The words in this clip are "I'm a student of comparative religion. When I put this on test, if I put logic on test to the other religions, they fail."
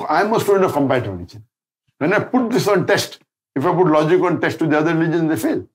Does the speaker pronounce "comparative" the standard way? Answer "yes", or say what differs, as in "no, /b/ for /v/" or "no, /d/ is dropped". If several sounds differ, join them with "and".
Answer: no, /ɹ/ is dropped